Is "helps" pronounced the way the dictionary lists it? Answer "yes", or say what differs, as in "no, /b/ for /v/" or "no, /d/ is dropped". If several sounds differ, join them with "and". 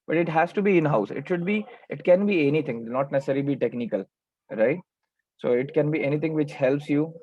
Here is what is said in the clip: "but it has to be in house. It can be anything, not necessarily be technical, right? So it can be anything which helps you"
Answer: yes